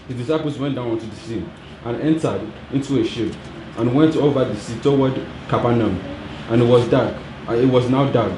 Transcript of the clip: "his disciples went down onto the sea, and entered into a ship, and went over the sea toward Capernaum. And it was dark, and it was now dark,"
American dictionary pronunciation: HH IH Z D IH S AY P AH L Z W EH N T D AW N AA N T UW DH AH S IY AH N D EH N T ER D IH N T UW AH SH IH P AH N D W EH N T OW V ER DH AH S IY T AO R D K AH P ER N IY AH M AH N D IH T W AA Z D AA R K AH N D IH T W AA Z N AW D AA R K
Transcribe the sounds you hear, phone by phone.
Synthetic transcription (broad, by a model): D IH D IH S AY P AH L S W EH N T D AW N AA N T UW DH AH S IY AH N EH N T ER D IH N T UW AH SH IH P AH N W EH N T OW V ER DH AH S IY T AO W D K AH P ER N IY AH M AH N IH T W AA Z D AA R K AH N IH T W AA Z N AW D AA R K